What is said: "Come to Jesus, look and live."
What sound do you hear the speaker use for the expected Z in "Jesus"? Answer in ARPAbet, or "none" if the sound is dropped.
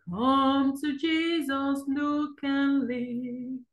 Z